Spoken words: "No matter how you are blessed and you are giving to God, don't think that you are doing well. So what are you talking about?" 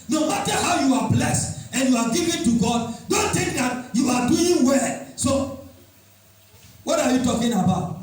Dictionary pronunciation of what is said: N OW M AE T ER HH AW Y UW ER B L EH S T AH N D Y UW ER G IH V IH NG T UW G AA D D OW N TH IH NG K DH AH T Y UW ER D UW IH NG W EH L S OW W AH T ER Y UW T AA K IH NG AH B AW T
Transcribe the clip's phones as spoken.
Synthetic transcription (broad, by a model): N OW M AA T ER HH AW Y UW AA B L EH S T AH N Y UW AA G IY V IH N T UW G AA D D OW N T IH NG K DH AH T Y UW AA D UW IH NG W EH L S OW W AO T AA Y UW T AA K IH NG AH B AW T